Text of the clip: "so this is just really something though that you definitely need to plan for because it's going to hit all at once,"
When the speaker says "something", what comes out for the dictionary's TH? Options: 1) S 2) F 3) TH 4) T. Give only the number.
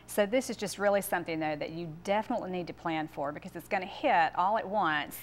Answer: 3